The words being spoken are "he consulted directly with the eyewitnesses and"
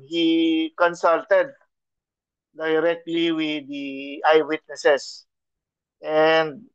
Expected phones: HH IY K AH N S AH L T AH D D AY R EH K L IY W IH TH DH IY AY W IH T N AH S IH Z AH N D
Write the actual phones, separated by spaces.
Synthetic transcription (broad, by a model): HH IY K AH N S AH L T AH D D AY R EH K L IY W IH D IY AY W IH T N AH S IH S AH N D